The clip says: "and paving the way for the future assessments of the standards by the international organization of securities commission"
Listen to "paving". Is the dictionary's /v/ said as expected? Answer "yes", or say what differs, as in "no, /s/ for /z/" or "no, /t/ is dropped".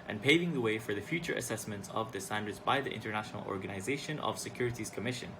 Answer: yes